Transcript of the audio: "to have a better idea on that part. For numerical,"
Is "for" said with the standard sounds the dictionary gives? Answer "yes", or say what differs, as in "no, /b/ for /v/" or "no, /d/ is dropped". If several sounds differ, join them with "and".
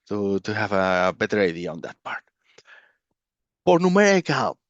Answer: no, /p/ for /f/